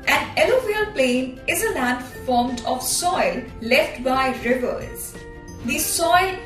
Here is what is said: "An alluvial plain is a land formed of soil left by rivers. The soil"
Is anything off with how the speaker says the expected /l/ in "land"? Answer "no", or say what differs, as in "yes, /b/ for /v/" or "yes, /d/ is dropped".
no